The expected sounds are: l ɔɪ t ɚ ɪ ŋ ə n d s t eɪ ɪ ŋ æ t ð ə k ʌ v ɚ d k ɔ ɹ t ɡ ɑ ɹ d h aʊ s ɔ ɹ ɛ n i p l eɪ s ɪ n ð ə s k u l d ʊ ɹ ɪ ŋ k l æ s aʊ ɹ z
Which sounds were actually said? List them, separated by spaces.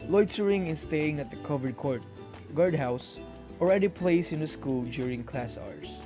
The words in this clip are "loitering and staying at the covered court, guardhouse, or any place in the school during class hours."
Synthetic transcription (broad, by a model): l ɔɪ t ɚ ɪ ŋ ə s s t eɪ ɪ ŋ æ t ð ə k ʌ v ɚ d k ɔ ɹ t ɡ ɑ ɹ d h aʊ s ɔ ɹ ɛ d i p l eɪ s ɪ n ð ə s k u l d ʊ ɹ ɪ ŋ k l æ s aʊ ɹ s